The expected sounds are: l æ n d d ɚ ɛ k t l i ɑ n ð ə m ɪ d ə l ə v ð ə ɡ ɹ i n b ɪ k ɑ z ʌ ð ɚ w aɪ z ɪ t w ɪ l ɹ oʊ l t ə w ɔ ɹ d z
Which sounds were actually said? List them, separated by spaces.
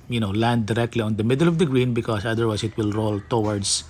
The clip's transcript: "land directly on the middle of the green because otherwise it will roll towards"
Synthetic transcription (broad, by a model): l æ n d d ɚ ɛ k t l i ɑ n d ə m ɪ d ə l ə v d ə ɡ ɹ i n b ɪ k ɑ s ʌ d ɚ w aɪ s ɪ t w ɪ l ɹ oʊ l t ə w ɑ ɹ d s